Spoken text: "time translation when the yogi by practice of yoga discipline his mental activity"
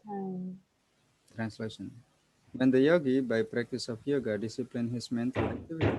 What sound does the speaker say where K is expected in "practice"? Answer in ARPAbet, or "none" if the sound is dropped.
K